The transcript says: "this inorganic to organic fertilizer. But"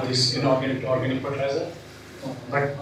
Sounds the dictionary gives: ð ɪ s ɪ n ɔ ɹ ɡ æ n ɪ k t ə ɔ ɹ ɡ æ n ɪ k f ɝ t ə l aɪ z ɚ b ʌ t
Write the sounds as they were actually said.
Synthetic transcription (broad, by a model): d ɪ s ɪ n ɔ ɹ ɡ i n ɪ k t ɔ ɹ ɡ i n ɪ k p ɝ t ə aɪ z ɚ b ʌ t